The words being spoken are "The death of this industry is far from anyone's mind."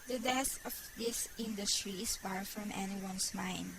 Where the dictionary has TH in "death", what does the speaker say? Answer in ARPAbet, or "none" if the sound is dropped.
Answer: S